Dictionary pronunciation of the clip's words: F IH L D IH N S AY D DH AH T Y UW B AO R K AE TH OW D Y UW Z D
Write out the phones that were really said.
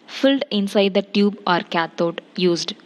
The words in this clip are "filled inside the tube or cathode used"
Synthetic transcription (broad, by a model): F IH L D IH N S AY D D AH T Y UW B AO R K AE T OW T Y UW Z D